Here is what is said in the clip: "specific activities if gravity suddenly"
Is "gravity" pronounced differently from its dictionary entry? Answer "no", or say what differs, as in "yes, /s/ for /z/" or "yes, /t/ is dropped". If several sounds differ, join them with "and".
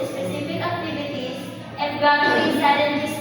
yes, /ɹ/ is dropped